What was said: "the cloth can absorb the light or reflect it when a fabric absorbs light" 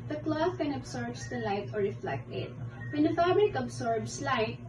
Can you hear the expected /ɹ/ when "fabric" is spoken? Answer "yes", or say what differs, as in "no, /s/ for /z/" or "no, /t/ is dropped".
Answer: yes